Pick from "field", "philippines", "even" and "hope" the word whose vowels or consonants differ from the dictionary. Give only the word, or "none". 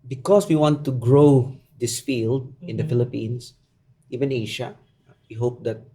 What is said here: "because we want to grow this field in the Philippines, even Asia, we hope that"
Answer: philippines